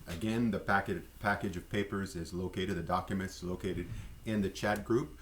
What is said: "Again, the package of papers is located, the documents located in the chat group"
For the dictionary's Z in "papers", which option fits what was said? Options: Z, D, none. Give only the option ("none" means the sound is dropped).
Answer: Z